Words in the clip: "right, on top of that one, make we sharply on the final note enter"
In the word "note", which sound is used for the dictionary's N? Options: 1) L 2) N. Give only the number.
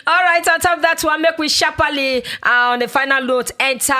1